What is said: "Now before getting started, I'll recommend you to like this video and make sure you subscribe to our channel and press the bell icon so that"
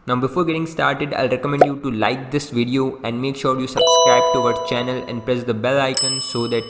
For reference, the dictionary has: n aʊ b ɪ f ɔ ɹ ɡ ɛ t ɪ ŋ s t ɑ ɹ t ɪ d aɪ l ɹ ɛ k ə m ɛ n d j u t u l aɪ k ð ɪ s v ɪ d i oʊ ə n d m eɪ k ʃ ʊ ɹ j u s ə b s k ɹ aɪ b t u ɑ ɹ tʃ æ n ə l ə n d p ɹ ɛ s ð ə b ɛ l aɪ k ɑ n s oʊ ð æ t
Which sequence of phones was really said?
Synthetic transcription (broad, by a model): n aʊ b ɪ f ɔ ɹ ɡ ɛ t ɪ ŋ s t ɑ ɹ t ɪ d aɪ l ɹ ɛ k ə m ɛ n d j u t u l aɪ k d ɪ s v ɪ d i oʊ ə n d m eɪ k ʃ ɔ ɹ j u s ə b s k æ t t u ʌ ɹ tʃ æ n ə l ə n d p ɹ ɛ s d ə b ɛ l aɪ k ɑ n s oʊ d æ t